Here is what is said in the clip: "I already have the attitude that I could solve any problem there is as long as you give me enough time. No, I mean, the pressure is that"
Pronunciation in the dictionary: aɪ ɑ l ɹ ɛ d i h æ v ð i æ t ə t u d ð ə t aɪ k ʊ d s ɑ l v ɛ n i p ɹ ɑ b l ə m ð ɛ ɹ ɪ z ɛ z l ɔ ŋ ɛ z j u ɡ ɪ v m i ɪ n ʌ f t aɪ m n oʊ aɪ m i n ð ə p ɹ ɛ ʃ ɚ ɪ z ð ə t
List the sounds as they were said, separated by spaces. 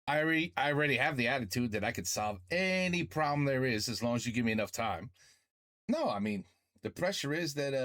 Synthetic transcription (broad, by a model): aɪ ɑ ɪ ɹ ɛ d i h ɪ v ð i æ t ə t u d ð ə t aɪ k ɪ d s ɑ l v ɛ n i p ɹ ɑ b l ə m ð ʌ ɹ ɪ z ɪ z l ɔ ŋ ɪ z j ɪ ɡ ɪ v m i ɪ n ʌ f t aɪ m n oʊ aɪ m i n ð ə p ɹ ɛ ʃ ɚ ɪ z ð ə t